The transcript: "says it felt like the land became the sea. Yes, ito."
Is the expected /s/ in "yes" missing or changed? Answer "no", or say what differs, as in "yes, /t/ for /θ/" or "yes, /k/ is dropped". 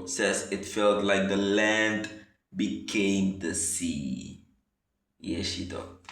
yes, /ʃ/ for /s/